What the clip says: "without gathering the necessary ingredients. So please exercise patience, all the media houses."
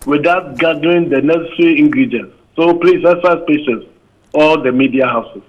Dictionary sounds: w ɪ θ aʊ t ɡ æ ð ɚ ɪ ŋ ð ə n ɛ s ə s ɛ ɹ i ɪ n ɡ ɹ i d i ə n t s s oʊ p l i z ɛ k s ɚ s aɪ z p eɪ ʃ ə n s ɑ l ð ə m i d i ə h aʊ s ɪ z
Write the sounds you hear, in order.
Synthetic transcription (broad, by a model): w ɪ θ aʊ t ɡ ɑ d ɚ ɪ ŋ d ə n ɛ s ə s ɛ ɹ i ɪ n ɡ ɹ i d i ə n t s s oʊ p l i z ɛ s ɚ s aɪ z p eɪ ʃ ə s ɑ l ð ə m i d i ə h aʊ s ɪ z